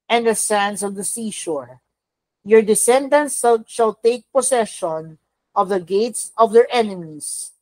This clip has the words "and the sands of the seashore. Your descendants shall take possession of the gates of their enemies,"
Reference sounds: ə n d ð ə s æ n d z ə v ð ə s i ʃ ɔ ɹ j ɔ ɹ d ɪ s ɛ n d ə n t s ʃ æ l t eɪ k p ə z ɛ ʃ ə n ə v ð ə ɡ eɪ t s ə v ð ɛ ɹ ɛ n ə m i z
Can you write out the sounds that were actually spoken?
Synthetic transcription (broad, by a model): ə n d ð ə s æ n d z ə v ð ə s i ʃ ɔ ɹ j ɔ ɹ d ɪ s ɛ n d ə n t s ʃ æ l t eɪ k p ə s ɛ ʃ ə n ə v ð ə ɡ eɪ t s ə v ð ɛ ɹ ɛ n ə m i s